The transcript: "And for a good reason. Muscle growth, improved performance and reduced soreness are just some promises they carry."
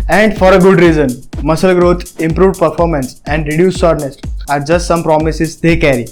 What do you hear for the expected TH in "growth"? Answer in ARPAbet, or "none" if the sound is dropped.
T